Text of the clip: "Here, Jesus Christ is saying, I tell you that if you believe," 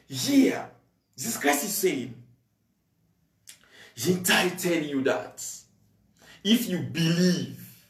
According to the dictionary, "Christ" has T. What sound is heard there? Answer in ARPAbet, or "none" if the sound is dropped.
none